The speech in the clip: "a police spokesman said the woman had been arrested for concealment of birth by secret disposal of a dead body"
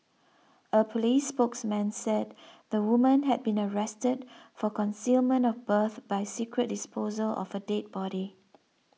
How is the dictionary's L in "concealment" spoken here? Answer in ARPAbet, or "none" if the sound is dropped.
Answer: L